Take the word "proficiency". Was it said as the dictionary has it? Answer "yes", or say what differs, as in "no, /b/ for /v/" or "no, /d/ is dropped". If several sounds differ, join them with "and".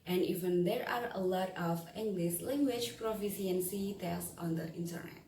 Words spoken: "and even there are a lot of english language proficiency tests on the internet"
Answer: no, /s/ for /ʃ/